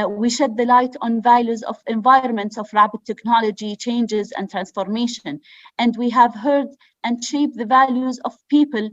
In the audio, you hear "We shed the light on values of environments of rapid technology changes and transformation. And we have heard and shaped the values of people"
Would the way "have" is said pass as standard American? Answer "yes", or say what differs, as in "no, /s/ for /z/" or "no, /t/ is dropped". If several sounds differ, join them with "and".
yes